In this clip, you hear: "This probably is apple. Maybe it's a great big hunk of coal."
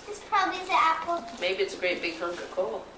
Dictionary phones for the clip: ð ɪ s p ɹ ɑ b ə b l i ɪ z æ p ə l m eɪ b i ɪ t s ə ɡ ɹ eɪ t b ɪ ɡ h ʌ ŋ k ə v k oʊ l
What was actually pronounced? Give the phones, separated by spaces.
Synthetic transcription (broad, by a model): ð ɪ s p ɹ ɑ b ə b l i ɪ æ p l m eɪ b i ɪ t s ə ɡ ɹ eɪ t b ɪ ɡ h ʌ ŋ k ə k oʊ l